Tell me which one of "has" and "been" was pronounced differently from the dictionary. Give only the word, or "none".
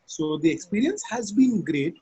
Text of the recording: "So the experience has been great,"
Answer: none